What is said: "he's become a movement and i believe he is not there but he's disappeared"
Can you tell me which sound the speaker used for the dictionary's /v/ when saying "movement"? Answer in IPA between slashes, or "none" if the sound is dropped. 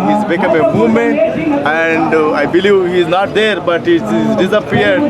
none